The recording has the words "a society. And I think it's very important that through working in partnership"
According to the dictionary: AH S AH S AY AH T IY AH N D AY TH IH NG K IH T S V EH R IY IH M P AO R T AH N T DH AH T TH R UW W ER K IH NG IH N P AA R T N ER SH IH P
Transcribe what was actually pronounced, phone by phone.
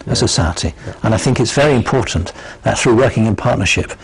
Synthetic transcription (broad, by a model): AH S AH S AY AH T IY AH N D AY TH IH NG K IH T S V EH R IY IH M P AO R T N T DH AH T TH R UW W ER K IH NG IH N P AA R T N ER SH IH P